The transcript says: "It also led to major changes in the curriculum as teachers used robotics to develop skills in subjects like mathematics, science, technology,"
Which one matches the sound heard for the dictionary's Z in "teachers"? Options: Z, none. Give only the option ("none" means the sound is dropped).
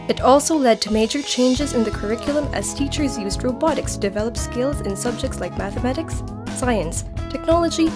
Z